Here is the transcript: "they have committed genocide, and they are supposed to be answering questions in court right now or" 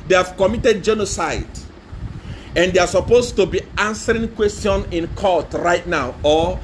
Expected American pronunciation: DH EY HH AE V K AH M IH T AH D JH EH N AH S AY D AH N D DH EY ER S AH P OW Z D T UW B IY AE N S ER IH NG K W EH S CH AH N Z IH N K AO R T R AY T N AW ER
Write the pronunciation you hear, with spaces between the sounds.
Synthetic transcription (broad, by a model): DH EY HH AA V K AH M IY T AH D JH EH N AH S AY D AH N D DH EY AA S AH P OW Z T UW B IY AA N S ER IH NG K W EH S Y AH N IH N K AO T R AY T N AW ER